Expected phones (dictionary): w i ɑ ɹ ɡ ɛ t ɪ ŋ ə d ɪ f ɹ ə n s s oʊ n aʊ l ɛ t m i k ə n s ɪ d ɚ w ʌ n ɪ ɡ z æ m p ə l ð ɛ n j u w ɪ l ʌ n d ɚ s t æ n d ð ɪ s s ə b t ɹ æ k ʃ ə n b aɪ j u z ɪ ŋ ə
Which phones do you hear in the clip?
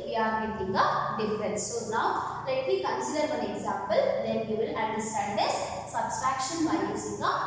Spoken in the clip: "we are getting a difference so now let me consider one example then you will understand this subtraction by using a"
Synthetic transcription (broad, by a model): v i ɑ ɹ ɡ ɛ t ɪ ŋ ə d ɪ f ɹ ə n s s oʊ n aʊ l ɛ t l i k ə n s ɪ d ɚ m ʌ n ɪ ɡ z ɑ m p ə l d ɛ n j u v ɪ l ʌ n d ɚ s t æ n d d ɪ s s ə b s ɹ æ k ʃ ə n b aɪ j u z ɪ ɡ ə